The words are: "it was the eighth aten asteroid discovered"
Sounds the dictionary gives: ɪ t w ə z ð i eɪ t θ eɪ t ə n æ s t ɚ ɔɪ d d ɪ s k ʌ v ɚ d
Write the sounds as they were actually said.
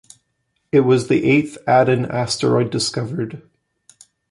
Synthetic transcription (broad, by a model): ɪ t w ə z ð i eɪ t θ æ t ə n æ s t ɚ ɔɪ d d ɪ s k ʌ v ɚ d